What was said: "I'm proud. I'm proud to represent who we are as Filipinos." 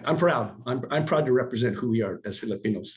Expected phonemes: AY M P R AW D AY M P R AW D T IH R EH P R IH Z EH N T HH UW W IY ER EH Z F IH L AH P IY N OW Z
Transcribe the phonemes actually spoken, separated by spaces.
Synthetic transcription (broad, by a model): AY M P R AW D AY M P R AW D T IH R EH P R IH Z EH N T HH UW W IY ER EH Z F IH L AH P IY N OW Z